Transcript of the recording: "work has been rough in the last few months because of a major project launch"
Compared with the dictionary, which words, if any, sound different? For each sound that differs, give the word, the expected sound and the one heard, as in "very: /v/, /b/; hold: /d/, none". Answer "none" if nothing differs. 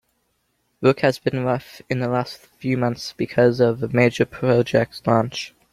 none